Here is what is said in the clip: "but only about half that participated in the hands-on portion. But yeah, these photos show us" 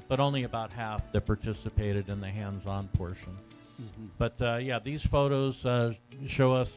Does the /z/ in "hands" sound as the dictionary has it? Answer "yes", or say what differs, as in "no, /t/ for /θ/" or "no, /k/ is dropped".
yes